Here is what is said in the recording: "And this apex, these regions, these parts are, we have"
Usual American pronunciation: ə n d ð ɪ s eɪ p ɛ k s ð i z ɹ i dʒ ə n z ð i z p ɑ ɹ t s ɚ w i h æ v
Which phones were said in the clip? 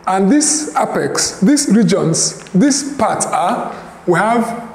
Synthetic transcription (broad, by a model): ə n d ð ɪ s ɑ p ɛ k s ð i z ɹ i dʒ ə n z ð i s p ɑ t ɚ w i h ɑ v